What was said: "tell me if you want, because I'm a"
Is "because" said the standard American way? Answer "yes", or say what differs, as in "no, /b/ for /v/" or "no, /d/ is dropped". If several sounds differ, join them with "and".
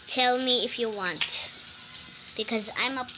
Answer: yes